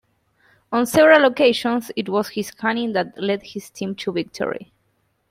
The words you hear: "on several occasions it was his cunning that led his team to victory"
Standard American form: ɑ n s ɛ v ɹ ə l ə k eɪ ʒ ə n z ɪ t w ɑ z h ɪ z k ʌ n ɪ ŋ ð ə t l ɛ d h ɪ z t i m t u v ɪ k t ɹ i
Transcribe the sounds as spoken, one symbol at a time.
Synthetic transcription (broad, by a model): ɑ n s ɛ v ɹ ə l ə k eɪ ʃ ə n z ɪ t w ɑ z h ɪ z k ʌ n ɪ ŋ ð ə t l ɛ d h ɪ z t i m t u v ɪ k t ɹ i